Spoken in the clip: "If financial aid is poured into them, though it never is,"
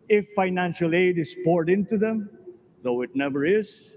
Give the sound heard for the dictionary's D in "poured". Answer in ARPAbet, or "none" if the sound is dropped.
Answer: D